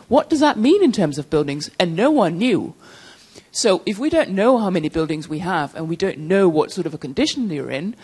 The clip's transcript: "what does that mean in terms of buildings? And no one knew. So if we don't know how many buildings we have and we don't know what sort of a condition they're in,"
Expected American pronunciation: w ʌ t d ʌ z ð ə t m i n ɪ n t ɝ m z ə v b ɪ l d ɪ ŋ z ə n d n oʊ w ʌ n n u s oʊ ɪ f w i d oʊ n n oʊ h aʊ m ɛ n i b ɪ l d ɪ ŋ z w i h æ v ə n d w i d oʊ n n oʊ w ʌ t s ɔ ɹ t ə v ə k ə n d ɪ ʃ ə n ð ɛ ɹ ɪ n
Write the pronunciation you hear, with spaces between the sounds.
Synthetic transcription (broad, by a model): w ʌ t d ʌ z ð ə t m i n ɪ n t ɝ m z ə v b ɪ l d ɪ ŋ z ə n n oʊ w ʌ n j u s oʊ ɪ f w i d oʊ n n oʊ h aʊ m ɛ n i b ɪ l d ɪ ŋ z w i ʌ v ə n w i d oʊ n n oʊ w ʌ t s ɔ ɹ t ə v ə k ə n d ɪ ʃ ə n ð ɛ ɹ ɪ n